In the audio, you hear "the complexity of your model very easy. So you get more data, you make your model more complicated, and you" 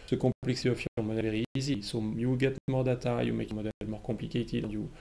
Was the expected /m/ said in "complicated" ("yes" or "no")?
no